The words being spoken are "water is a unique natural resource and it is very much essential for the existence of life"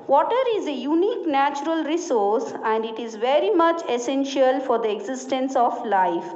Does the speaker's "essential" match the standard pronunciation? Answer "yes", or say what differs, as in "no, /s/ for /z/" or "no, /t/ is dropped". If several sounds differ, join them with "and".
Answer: yes